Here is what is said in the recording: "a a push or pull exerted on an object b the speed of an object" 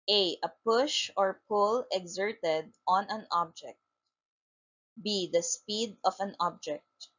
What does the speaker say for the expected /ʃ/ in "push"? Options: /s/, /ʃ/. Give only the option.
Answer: /ʃ/